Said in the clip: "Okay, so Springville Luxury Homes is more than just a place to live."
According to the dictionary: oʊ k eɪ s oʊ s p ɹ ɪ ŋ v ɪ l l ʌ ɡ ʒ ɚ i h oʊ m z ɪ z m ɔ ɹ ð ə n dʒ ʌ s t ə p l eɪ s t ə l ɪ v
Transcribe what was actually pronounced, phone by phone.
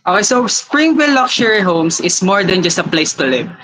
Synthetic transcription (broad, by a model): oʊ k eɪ s oʊ s p ɹ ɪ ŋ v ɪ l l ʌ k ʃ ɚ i h oʊ m s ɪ s m ɔ ɹ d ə n dʒ ʌ s t ə p l eɪ s t ə l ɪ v